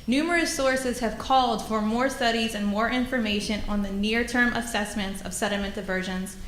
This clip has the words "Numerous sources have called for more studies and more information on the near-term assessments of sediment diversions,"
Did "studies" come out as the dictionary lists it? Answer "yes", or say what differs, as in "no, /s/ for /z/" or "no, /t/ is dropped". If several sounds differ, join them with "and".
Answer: yes